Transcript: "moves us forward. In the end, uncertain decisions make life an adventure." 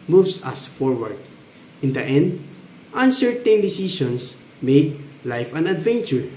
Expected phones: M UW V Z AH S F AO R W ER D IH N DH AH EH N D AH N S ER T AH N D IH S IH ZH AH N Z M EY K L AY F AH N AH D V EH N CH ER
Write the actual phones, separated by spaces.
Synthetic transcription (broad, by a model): M UW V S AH S F AO R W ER D IH N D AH EH N D AH N S ER T AH N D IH S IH SH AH N S M EY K L AY F AH N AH D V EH N CH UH